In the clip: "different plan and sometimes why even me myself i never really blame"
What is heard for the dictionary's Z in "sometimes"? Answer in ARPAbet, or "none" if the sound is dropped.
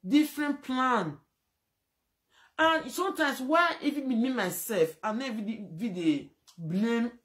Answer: S